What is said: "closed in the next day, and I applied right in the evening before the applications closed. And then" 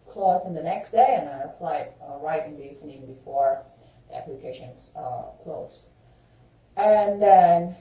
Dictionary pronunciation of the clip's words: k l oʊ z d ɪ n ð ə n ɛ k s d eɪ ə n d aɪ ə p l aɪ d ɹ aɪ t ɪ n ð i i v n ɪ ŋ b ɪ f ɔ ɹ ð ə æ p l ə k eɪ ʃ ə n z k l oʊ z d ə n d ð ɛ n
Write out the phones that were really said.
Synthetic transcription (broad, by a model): k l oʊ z ɪ n ð ə n ɛ k s d eɪ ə n aɪ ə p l aɪ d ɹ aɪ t ɪ n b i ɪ n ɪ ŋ b ɪ f ɔ ɹ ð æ p l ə k eɪ ʃ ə n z k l oʊ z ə n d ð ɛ n